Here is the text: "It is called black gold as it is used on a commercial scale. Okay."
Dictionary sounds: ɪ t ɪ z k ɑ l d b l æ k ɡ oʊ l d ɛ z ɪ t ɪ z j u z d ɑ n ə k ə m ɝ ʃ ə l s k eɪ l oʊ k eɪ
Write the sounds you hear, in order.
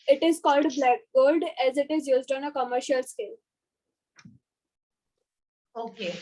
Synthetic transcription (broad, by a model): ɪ t ɪ z k ɑ l d b l æ k ɡ oʊ l d ɛ z ɪ t ɪ z j u z d ɑ n ə k ə m ɝ ʃ ə l s k eɪ l oʊ k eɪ